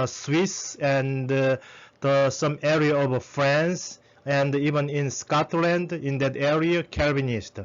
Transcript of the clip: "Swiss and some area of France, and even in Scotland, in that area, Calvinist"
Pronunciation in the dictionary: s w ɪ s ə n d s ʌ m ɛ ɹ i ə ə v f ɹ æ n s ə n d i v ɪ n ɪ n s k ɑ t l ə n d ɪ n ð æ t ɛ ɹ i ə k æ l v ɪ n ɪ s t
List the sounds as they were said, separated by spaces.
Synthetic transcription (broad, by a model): s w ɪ s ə n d s ʌ m ɛ ɹ i ə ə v f ɹ æ n s ə n d i v ɪ n ɪ n s k ɑ t l ə n d ɪ n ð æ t ɛ ɹ i ə k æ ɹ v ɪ n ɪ s t